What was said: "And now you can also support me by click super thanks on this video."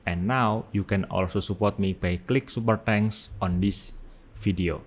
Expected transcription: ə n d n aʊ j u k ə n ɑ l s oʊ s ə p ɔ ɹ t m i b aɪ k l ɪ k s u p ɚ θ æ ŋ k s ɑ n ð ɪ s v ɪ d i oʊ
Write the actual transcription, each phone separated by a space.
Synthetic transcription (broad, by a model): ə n n aʊ j u k ə n ɑ l s oʊ s ə p ɔ ɹ t m i b aɪ k l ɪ k s u p ɚ t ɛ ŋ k s ɑ n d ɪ s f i d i oʊ